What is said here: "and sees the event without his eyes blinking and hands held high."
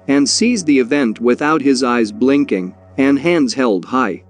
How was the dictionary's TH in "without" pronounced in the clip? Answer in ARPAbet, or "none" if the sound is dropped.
TH